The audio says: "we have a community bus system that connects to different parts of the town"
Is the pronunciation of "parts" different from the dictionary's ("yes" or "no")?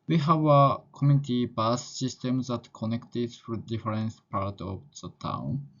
yes